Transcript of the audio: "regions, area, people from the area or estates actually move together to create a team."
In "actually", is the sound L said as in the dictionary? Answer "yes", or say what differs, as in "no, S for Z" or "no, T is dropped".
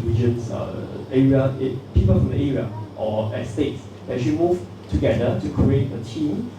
no, L is dropped